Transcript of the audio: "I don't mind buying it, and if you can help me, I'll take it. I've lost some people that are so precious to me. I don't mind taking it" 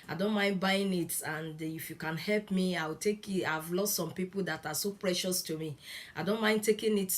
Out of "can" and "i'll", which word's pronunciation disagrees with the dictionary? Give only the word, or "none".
i'll